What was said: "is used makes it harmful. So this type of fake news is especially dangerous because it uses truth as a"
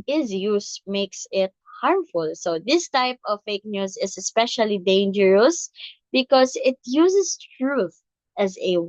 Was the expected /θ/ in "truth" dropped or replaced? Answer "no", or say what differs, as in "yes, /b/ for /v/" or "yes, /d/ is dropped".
no